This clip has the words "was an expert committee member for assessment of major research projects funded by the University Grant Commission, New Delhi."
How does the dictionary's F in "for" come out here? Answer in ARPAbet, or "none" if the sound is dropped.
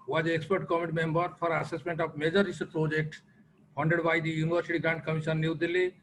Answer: P